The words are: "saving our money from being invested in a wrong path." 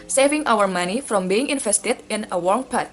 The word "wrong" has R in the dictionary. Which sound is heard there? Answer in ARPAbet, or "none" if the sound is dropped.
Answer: W